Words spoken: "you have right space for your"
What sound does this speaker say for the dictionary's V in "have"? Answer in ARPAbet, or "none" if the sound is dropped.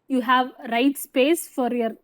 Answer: V